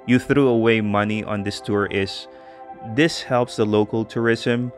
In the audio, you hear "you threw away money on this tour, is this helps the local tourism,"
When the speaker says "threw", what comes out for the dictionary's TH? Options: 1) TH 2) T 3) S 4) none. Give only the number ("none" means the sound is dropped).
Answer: 1